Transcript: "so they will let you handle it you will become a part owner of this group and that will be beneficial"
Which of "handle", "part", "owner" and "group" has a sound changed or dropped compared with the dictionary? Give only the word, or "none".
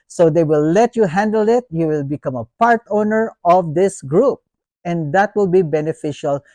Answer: none